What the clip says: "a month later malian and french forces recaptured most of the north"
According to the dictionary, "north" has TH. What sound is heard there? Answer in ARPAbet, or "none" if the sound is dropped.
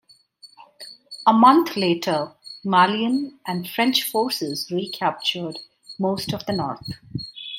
T